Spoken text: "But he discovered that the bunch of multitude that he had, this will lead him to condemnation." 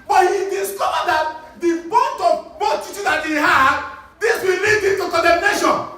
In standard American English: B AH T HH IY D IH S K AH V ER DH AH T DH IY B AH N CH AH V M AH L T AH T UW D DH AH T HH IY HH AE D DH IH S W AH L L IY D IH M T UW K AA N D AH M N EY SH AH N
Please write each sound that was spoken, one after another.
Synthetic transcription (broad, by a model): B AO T HH IY D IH S K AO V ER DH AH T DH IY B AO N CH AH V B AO T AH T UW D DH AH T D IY HH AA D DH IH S W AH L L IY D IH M T UW K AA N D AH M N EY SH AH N